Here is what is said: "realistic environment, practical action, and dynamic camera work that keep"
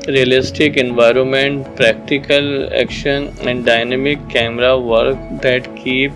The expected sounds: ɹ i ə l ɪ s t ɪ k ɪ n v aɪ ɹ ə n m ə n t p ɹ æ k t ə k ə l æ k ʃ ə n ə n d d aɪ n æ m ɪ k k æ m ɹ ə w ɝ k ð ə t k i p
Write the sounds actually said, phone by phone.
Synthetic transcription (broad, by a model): ɹ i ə l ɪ s t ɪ k ɪ n v aɪ ɹ ə n m ə n t p ɹ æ k t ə k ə l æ k ʃ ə n ə n d d aɪ n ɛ m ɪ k k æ m ɹ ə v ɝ k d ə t k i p